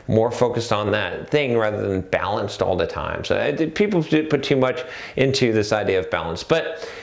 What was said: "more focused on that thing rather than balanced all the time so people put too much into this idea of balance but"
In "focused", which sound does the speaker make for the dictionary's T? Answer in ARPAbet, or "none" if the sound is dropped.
T